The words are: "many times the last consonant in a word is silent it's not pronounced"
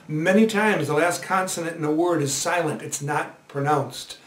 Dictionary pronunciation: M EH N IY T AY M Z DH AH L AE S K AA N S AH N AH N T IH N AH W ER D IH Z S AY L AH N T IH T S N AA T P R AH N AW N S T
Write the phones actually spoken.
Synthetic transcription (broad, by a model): M EH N IY T AY M Z DH AH L AE S K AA N S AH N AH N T IH N AH W ER D IH Z S AY L AH N T IH T S N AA T P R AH N AW N S T